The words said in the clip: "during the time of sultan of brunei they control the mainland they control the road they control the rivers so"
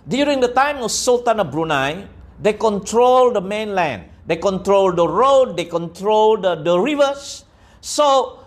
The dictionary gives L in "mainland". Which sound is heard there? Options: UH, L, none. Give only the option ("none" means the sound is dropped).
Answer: L